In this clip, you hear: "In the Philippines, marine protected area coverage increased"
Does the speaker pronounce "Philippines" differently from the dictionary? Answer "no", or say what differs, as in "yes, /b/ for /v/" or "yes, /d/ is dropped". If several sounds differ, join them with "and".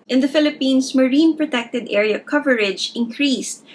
yes, /s/ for /z/